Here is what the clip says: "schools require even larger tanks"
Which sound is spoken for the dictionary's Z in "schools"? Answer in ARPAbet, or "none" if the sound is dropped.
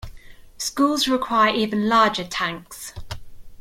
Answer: Z